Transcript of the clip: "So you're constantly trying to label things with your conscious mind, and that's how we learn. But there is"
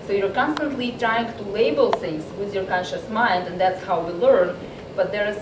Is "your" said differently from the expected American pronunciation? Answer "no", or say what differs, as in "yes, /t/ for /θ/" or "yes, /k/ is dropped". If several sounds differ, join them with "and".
no